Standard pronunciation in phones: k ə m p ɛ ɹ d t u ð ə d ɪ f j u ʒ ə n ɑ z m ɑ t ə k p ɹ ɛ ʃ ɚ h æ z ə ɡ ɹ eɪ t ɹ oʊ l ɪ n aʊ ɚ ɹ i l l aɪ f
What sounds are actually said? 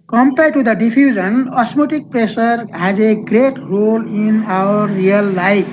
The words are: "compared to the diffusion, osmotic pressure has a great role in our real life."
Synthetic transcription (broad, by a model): k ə m p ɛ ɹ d t u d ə d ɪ p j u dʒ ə n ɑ s m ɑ t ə k p ɹ ɛ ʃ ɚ h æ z ə ɡ ɹ eɪ t ɹ oʊ l ɪ n aʊ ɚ ɹ i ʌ l aɪ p